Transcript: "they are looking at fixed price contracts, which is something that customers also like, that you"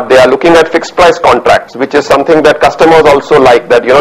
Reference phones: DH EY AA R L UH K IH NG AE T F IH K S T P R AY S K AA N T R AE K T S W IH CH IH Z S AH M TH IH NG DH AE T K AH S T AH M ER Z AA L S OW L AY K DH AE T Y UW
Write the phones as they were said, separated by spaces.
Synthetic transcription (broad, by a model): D EY AA R L UH K IH NG AE T F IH K S P R AY S K AA N T R AE K T S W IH CH IH Z S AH M T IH NG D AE T K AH S T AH M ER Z AA L S OW L AY K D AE T Y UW